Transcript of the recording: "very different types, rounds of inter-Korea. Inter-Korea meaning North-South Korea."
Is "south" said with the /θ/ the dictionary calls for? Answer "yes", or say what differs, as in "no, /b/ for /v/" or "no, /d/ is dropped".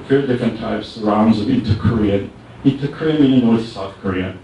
yes